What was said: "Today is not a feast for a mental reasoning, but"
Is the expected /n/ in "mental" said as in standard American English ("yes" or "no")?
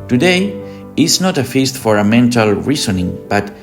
yes